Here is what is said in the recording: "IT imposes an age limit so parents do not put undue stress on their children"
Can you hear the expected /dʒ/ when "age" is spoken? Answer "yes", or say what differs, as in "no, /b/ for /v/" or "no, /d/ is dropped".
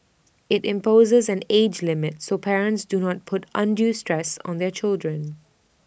yes